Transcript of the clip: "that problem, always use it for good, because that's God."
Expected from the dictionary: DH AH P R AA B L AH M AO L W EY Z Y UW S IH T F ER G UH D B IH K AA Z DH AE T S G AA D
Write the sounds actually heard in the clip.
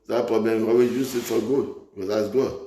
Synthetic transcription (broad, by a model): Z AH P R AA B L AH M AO W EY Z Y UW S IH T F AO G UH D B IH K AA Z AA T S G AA